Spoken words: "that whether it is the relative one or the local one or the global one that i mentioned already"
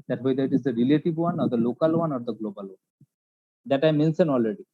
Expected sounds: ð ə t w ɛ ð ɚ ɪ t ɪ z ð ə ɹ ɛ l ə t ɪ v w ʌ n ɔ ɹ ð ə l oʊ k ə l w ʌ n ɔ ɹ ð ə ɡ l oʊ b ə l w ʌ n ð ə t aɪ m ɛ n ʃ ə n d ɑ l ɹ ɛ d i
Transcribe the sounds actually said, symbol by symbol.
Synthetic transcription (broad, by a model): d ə t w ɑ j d ɪ t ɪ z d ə ɹ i l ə t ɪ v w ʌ n ɔ ɹ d ə l oʊ k ə l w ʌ n ɔ ɹ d ə ɡ l oʊ b ə l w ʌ n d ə t aɪ m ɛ n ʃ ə n ɑ l ɹ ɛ d i